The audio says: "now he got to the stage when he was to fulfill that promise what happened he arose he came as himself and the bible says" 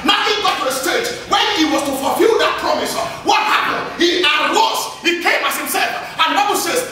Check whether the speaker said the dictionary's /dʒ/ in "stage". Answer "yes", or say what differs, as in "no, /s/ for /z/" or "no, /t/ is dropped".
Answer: no, /tʃ/ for /dʒ/